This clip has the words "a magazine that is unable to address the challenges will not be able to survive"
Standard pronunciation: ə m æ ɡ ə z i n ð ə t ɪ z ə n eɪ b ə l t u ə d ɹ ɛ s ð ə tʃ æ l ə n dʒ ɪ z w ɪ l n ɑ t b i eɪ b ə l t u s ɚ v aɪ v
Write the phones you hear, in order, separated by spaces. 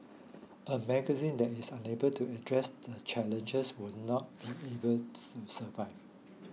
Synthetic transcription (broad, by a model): ə m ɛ ɡ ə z i n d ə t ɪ s ə n eɪ b ə l t u ə d ɹ ɛ s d ə tʃ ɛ l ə n dʒ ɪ s w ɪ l n ɑ t b i eɪ b ə l t u s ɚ v aɪ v